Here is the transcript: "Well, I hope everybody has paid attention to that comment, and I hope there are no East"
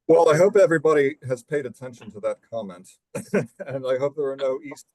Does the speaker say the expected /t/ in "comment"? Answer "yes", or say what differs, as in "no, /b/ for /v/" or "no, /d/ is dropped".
yes